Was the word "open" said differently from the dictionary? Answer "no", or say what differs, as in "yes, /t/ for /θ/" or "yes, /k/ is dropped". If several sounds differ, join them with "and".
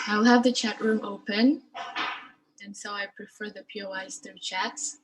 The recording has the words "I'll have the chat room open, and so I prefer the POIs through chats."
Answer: no